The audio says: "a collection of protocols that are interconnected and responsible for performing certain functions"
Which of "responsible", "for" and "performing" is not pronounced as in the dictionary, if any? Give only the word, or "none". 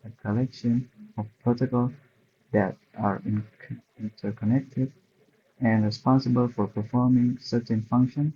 none